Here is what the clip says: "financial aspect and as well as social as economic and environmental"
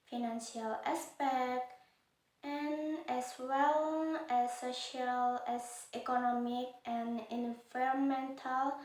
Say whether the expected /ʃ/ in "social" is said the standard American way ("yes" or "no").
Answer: yes